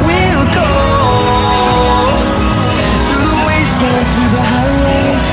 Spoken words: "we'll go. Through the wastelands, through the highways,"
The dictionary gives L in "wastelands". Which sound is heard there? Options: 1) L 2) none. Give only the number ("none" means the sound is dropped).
2